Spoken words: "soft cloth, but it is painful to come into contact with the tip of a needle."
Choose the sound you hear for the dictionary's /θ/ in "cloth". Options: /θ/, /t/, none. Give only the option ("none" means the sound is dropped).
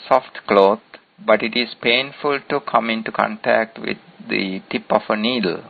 /t/